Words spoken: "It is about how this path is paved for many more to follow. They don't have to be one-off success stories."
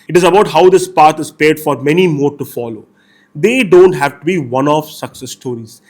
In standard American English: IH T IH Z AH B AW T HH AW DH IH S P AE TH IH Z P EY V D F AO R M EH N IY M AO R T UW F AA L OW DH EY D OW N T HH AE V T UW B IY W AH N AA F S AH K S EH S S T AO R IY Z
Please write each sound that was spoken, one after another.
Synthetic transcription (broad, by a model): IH T IH Z AH B AW T HH AW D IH S P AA T IH Z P EY D F AO R M EH N IY M AO R T UW F AA L OW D EY D OW N T HH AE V T UW B IY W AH N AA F S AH K S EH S S T AO R IY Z